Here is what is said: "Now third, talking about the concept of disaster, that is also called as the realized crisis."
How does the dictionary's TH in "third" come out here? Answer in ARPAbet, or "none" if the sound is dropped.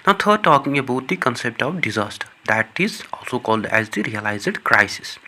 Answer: T